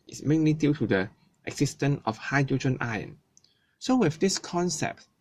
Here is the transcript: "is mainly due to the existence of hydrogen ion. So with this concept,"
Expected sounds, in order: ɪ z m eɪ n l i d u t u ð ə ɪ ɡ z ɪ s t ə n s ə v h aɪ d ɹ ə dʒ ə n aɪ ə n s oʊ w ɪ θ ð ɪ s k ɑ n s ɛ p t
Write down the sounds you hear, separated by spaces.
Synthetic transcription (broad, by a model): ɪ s m eɪ n l i d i t u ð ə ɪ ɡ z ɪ s t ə n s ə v h aɪ d ɹ ə dʒ ə n aɪ ə n s oʊ w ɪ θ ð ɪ s k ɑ n s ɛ p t